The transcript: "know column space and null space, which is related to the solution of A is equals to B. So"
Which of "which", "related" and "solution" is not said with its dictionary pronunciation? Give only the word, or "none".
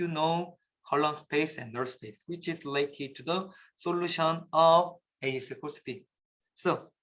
related